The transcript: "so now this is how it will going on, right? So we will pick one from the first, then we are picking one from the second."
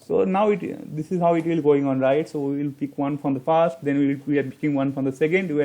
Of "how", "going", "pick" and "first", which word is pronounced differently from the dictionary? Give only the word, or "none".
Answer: none